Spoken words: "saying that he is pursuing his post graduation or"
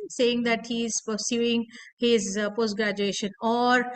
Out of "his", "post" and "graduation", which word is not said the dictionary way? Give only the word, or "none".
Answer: none